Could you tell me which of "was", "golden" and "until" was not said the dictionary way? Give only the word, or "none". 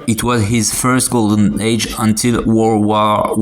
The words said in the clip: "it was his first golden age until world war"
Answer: none